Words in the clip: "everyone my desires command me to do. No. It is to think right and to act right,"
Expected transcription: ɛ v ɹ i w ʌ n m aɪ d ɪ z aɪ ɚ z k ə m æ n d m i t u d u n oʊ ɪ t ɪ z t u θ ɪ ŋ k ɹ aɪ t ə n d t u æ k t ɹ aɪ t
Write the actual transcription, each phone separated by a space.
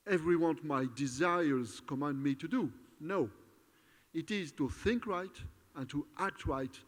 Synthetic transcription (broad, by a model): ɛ v ɹ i w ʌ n m aɪ d ɪ z aɪ ɚ z k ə m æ n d m i t u d u n oʊ ɪ t ɪ z t u θ ɪ ŋ k ɹ aɪ t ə n t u æ k t ɹ aɪ t